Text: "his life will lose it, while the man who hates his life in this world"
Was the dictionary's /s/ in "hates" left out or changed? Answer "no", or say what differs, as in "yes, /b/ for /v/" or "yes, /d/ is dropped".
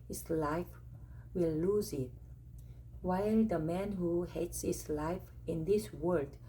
no